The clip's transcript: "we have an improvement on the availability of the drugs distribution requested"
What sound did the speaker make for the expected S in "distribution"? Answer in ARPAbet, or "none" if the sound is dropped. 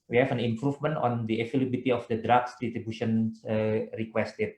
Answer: none